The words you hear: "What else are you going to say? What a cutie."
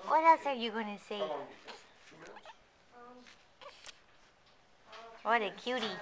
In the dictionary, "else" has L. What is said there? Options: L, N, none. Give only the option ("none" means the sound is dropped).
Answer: none